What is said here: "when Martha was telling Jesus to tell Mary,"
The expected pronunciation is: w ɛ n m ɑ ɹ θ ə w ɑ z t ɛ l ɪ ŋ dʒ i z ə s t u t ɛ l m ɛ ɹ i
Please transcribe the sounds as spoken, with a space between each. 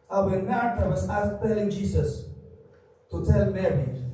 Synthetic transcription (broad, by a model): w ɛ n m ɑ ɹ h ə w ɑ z t ɛ l ɪ ŋ dʒ i s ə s t u t ɛ l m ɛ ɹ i